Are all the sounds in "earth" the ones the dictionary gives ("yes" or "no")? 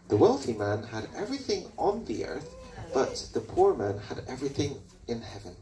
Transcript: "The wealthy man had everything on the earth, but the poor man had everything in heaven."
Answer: yes